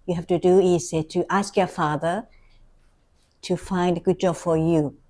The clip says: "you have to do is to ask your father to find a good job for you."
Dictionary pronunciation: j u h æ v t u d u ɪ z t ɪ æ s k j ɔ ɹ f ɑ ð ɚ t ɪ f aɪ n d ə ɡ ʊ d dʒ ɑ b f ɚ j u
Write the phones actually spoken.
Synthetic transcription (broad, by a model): j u h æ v t u d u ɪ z t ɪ æ s k j ɔ ɹ f ɑ ð ɚ t ɪ f aɪ n d ə ɡ ʊ d dʒ ɑ b f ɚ j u